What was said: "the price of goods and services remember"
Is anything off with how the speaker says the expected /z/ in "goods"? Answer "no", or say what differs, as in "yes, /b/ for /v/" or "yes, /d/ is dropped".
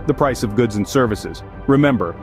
no